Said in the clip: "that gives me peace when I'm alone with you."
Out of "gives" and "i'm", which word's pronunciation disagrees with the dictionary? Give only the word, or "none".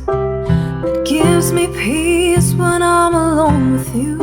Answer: none